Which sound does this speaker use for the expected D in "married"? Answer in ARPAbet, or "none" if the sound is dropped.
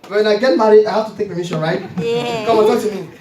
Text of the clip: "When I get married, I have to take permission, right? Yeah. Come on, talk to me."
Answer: none